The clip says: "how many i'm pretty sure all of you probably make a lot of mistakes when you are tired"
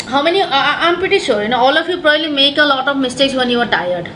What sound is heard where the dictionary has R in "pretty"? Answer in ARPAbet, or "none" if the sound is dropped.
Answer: none